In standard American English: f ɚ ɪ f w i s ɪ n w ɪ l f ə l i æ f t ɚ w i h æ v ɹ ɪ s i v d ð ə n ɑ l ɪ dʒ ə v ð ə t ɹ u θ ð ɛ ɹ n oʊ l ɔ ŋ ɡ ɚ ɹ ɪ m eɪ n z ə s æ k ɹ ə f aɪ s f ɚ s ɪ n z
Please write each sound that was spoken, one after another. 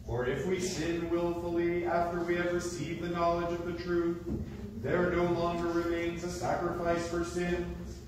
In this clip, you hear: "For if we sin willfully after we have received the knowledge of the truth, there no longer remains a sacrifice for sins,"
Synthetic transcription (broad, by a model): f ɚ ɪ f w i s ɪ n w ɪ l f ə l i æ f t ɚ w i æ v ɹ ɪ s i v ð ə n ɑ l ɪ dʒ ə v ð ə t ɹ u θ ð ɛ ɹ n oʊ l ɔ ŋ ɡ ɚ ɹ ɪ m eɪ n z ə s æ k ɹ ə f aɪ s f ɚ s ɪ n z